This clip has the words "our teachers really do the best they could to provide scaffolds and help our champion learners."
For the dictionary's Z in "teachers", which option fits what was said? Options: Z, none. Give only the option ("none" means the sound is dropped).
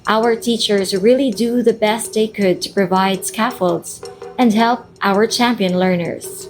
Z